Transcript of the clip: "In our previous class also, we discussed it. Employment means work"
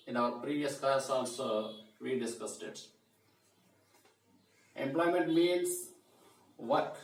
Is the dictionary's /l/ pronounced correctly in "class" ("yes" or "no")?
no